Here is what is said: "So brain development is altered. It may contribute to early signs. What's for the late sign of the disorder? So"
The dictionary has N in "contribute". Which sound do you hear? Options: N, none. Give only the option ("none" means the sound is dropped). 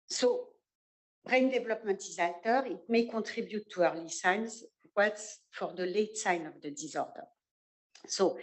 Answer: none